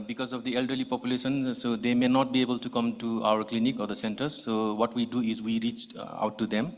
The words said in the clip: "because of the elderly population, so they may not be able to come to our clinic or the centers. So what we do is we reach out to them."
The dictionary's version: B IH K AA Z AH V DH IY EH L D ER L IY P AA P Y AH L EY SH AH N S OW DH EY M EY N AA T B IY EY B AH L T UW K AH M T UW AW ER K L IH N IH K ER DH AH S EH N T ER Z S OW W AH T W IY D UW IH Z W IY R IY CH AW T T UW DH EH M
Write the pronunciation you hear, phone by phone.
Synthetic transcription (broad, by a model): B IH K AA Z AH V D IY EH L D ER L IY P AA P Y AH L EY SH AH N S OW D EY M EY N AA T B IY EY B AH L T UW K AH M T UW AW ER K L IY N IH K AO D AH S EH N T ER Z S OW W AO T W IY D UW IH Z W IY R IY CH AW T T UW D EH M